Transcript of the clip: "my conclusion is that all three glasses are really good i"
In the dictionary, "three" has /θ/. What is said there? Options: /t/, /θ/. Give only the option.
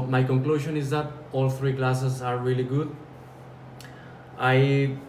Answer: /t/